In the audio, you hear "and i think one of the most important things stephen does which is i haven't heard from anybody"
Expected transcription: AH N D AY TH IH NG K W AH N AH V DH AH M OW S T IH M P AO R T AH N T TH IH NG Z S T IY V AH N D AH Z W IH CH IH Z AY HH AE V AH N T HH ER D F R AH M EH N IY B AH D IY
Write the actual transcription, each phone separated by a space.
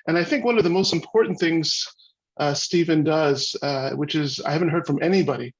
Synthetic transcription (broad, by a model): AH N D AY TH IH NG K W AH N AH V DH AH M OW S T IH M P AO R T N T TH IH NG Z S T IY V AH N D AH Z W IH CH IH Z AY HH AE V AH N T HH ER D F R AH M EH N IY B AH D IY